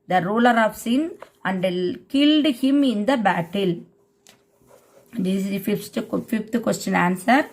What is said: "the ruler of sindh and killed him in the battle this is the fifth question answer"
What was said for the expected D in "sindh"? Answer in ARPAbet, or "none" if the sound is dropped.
none